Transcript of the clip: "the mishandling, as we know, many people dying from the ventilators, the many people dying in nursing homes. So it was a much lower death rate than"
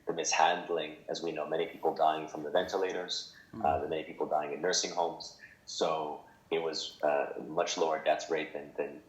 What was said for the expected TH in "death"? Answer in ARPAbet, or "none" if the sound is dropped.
S